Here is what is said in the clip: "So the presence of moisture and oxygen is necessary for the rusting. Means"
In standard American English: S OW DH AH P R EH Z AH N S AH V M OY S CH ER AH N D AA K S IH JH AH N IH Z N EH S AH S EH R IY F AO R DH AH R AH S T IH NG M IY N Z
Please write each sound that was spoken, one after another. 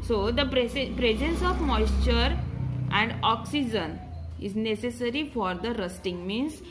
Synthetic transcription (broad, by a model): S OW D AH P R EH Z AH N S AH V M OY S CH ER AH N D AA K S IH JH AH N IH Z N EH S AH S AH R IY F AO R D AH R AH S T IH NG M IY N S